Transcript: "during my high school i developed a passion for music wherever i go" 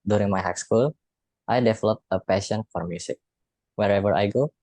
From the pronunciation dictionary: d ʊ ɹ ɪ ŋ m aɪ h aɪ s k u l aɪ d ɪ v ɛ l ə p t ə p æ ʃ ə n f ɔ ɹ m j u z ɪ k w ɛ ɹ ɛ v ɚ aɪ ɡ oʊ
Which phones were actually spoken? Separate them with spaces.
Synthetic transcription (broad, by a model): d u ɹ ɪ ŋ m aɪ h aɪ s k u l aɪ d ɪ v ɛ l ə p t ə p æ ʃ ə n f ɔ ɹ m j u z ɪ k w ɛ ɹ ɛ v ɚ aɪ ɡ oʊ